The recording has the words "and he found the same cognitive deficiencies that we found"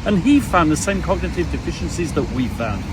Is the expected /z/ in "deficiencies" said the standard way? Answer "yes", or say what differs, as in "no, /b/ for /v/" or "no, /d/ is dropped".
yes